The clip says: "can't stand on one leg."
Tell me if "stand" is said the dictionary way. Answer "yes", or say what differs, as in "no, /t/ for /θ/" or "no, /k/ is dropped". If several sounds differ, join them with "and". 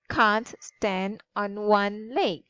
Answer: yes